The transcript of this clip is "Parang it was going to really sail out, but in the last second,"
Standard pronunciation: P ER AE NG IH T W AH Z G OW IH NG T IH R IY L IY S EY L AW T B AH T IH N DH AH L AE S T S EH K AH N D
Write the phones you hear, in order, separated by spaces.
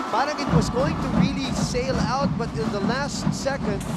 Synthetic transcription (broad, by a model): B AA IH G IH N W AH Z G OW IH NG T IH R IY L IY S EY L AW T B AH T IH N DH AH L AE S T S EH K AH N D